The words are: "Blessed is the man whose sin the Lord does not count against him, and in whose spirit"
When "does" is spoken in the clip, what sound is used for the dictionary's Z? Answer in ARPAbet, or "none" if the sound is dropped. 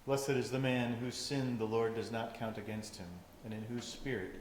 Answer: Z